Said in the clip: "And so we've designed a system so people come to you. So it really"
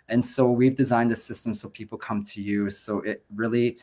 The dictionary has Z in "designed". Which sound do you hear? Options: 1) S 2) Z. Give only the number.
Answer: 2